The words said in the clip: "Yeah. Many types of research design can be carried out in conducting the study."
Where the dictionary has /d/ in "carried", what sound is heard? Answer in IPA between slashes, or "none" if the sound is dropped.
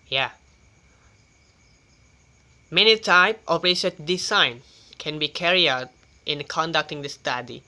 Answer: none